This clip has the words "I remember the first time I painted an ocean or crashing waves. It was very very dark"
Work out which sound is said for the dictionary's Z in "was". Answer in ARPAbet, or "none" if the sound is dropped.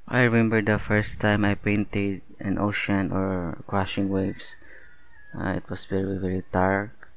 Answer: S